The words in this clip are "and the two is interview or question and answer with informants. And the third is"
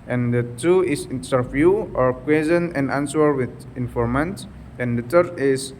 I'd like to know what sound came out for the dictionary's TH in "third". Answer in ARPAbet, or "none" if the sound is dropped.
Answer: T